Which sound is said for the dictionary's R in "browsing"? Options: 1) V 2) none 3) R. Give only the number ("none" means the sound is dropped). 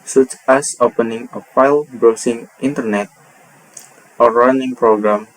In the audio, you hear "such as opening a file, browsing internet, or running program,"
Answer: 2